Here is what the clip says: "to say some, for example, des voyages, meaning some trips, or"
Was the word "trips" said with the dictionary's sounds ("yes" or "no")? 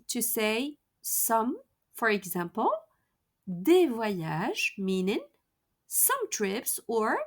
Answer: yes